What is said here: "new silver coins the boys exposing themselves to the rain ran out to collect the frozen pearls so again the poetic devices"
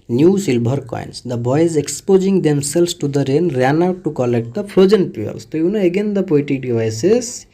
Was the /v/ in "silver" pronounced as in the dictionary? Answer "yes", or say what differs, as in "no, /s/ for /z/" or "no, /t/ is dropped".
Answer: no, /b/ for /v/